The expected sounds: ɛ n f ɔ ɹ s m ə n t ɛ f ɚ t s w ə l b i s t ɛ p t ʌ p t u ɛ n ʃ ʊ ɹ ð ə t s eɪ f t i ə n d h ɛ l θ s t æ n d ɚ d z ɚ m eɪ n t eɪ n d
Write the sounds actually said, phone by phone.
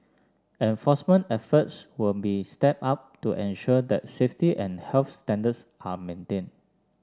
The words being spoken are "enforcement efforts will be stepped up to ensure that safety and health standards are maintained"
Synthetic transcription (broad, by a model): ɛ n f ɔ s m ə n t ɛ f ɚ t s w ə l b i s t ɛ p ɑ p t u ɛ n ʃ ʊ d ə t s eɪ f t i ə n h ɛ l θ s t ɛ n d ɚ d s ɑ m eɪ n t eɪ n